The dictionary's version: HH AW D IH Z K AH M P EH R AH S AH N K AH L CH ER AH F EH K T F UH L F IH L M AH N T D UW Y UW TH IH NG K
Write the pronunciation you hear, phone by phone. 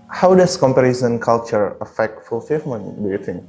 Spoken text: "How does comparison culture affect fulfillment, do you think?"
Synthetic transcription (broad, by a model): HH AW D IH S K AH M P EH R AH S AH N K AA L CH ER AH F EH K T F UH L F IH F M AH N D UW Y UW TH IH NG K